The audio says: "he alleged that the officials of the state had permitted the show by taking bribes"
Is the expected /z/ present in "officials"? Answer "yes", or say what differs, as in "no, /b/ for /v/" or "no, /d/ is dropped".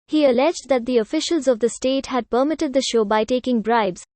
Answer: yes